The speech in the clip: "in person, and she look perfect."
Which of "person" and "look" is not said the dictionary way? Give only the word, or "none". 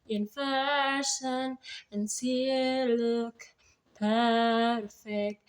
person